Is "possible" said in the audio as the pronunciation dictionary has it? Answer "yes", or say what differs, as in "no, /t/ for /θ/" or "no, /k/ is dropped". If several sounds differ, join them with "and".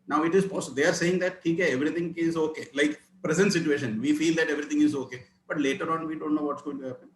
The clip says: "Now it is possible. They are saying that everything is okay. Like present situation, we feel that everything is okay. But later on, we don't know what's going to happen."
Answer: no, /b/ is dropped